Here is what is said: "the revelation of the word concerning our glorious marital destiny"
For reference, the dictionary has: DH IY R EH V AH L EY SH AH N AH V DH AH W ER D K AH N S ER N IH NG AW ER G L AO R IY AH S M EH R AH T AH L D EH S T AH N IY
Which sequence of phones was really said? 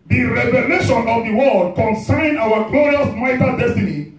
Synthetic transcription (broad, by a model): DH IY R EH V AH L EY SH AH N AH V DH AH W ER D K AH N S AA IH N AW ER G L AO R IY AH S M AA AH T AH D EH S T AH N IY